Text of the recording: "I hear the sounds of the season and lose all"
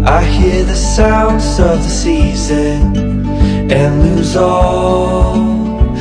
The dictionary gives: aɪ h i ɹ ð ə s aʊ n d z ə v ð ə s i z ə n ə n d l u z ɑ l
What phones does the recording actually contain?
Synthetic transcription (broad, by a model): aɪ h i ɹ ð ə s aʊ n d z ə v ð ə s i z ə n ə n l u z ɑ l